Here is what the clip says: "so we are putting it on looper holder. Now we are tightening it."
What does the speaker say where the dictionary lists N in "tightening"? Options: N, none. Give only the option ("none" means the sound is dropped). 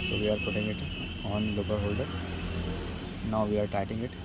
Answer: none